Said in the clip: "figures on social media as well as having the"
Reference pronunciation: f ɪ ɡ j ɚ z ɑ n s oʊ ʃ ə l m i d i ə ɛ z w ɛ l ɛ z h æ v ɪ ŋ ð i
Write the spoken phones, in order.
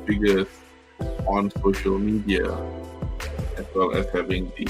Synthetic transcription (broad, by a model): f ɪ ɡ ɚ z ɑ n s oʊ ʃ ə l m i d i ə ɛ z w ɛ l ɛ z h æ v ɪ ŋ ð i